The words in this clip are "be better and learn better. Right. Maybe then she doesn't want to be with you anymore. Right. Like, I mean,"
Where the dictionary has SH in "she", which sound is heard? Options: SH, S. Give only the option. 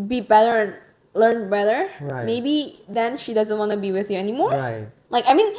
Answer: SH